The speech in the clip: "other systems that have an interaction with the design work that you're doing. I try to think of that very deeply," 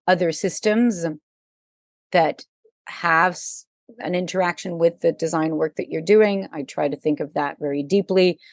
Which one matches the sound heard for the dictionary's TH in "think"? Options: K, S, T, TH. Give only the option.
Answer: TH